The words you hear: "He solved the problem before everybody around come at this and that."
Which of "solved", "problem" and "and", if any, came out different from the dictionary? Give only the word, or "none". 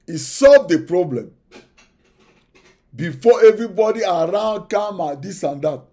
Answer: none